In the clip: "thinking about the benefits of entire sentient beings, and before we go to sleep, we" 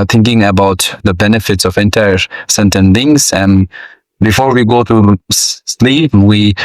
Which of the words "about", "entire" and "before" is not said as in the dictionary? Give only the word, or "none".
none